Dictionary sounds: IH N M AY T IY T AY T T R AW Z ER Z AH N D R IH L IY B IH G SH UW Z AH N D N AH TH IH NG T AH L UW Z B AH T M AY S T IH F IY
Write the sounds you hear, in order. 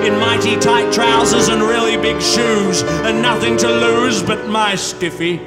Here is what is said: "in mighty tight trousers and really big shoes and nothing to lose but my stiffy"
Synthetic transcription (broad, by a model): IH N M AY T IY T AY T T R AW Z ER Z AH N R IH L IY B IH G SH UW Z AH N N AH TH IH NG T AH L UW Z B AH T M AY S T IH F IY